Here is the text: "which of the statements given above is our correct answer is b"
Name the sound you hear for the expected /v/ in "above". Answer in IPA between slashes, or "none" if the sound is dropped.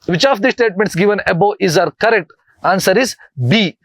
none